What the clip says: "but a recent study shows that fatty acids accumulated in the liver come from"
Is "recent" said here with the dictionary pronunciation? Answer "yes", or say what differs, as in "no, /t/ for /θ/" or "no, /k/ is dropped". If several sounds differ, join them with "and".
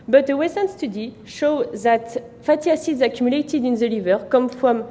no, /w/ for /ɹ/